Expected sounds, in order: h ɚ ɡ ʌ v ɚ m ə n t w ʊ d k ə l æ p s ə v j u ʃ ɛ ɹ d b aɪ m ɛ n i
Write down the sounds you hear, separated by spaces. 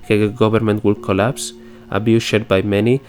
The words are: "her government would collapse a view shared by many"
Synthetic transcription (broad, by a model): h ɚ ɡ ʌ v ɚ m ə n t w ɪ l k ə l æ p s ə b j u ʃ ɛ ɹ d b aɪ m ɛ n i